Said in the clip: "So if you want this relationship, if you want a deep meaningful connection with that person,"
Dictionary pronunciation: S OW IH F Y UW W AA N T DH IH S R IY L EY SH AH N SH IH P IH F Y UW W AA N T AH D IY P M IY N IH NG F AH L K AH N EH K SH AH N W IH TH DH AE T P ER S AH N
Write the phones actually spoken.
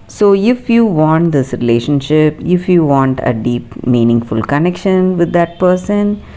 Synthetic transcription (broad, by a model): S OW IH F Y UW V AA N T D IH S R IY L EY SH AH N SH IH P IH F Y UW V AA N T AH D IY P M IY N IH NG F AH L K AH N EH K SH AH N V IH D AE T P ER S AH N